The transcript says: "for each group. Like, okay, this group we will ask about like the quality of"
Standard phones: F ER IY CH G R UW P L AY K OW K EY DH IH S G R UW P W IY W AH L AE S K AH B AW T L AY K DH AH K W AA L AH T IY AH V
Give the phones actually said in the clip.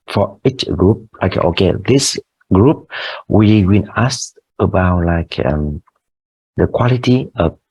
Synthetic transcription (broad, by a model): F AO IY CH G R UW P L AY K OW K EY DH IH S G R UW P W IY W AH N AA S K AH B AW T L AY K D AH K W AA L AH T IY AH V